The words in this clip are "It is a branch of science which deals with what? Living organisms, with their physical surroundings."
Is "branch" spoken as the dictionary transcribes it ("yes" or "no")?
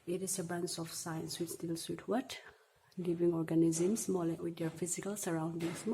no